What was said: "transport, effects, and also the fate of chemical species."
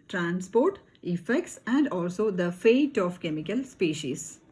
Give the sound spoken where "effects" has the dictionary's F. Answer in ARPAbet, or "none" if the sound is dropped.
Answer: F